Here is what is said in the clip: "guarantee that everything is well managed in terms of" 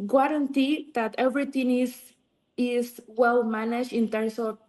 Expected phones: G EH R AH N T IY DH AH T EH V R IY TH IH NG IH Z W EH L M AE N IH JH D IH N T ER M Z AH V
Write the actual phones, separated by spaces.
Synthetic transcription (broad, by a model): G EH R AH N T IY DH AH T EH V R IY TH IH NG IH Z W EH L M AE N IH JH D IH N T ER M S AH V